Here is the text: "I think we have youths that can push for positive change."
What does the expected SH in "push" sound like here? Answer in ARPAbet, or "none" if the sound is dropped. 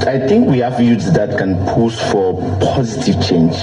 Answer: S